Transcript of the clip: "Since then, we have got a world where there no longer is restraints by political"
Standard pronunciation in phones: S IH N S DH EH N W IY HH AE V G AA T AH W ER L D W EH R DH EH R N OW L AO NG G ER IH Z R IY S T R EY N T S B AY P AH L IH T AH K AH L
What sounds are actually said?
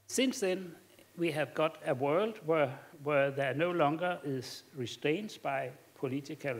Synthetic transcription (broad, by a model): S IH N S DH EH N W IY HH AE V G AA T AH W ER L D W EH W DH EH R N OW L AO NG G ER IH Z R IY S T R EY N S B AY P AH L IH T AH K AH L